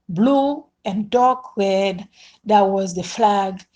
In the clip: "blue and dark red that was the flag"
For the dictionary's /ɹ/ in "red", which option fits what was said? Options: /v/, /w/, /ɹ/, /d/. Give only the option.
/ɹ/